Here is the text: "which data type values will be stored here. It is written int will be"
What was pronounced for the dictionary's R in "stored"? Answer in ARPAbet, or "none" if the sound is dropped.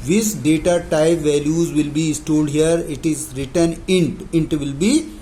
L